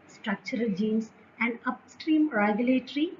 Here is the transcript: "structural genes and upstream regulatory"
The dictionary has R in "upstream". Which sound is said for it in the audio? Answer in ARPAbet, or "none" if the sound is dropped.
R